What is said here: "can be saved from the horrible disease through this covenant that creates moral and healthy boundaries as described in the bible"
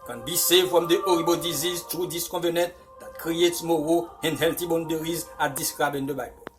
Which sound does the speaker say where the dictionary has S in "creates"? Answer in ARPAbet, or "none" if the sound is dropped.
S